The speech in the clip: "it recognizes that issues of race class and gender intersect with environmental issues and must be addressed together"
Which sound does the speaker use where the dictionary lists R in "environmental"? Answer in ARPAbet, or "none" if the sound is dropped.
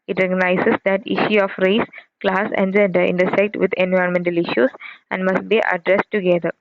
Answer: none